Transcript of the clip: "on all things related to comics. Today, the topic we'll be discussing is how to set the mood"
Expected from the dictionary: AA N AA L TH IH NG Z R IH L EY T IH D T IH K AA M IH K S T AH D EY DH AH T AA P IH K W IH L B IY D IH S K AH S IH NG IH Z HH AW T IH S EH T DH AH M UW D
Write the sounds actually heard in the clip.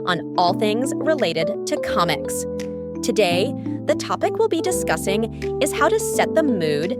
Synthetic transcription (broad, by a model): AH N AA L TH IH NG Z R IH L EY T IH D T IH K AA M IH K S T AH D EY DH AH T AA P IH K W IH L B IY D IH S K AH S IH NG IH Z HH AW T IH S EH T DH AH M UW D